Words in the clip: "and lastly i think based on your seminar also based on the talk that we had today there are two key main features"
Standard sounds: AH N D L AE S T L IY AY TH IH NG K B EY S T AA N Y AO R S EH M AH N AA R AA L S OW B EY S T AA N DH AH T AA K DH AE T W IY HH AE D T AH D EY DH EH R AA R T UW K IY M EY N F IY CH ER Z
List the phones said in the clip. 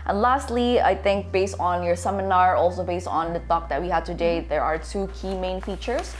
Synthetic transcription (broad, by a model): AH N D L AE S T L IY AY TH IH NG K B EY S T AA N Y AO R S EH M AH N AA R AA L S OW B EY S T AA N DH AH T AA K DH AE T W IY HH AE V T AH D EY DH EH R AA R T UW K IY M EY N F IY CH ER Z